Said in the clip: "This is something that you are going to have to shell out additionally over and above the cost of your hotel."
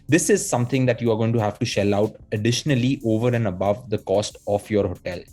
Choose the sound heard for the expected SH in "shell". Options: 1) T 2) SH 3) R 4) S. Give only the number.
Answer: 2